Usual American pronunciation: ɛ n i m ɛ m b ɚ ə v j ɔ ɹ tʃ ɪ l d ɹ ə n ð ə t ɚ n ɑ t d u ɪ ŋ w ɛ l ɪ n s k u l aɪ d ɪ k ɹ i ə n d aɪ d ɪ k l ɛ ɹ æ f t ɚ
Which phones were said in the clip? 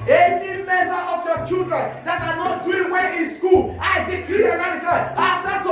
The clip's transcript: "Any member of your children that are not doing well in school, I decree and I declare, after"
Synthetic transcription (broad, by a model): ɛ n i m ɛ m b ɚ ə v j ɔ tʃ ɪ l d ɹ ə n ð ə t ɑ n ɑ t d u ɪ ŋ w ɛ n ɪ n s k u l aɪ d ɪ k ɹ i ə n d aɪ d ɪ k ɑ l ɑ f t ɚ